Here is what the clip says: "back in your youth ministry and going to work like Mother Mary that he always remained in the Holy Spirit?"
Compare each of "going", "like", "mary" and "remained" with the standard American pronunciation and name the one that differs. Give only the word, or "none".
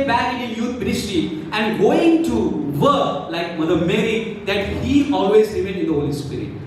remained